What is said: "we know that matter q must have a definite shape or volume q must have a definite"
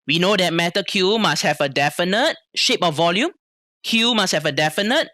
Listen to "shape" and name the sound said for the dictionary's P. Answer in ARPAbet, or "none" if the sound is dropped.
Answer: P